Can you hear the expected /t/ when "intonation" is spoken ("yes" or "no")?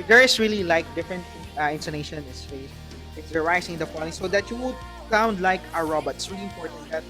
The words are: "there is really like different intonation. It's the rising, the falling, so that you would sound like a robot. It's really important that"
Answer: no